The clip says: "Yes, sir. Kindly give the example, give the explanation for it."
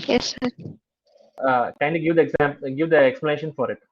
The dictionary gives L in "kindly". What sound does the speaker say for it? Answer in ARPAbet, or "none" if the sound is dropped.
none